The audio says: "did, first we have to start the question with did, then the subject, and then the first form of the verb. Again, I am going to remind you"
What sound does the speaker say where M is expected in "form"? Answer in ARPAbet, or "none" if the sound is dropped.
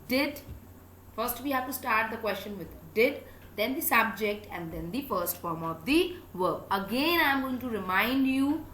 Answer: M